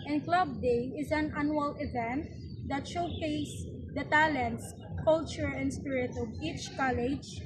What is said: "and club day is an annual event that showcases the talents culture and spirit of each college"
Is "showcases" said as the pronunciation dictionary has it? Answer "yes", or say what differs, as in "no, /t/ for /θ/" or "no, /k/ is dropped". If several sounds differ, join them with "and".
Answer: no, /s/ is dropped